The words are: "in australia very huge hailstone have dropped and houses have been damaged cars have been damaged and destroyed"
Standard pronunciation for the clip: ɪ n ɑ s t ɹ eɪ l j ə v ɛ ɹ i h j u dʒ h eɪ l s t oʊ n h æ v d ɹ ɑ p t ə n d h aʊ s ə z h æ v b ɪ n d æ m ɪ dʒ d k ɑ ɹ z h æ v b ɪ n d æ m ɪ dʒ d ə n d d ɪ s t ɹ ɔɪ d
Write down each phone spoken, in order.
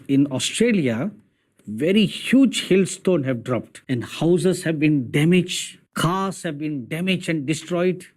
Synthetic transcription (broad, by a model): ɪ n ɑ s t ɹ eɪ l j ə v ɛ ɹ i h j u dʒ h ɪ l s t oʊ n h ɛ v d ɹ ɑ p t ə n d h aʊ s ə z h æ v b ɪ n d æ m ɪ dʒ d k ɑ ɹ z h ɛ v b ɪ n d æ m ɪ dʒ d ə n d d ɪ s t ɹ ɔɪ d